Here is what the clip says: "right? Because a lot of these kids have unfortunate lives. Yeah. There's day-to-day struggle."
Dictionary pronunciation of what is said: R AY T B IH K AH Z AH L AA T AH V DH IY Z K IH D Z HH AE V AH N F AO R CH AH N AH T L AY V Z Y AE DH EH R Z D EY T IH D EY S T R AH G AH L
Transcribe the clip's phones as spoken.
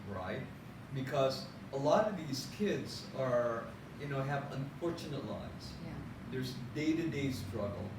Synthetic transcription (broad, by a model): R AY T B IH K AH Z AH L AA T AH V DH IY Z K IH D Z HH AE V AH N F AO R CH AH N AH T L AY Z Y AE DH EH R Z D EY T IH D EY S T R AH G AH L